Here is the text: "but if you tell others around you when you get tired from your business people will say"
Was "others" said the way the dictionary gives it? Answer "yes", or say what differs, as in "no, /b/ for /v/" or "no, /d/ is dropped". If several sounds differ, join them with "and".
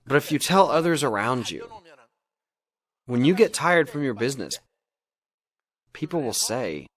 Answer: yes